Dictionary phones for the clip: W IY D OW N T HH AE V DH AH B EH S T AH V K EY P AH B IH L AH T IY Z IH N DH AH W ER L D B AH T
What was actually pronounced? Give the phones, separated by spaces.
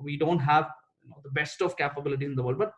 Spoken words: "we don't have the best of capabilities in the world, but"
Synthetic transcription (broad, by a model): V IY D OW N T HH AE V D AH B EH S T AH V K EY P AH B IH L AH T IY IH N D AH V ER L D B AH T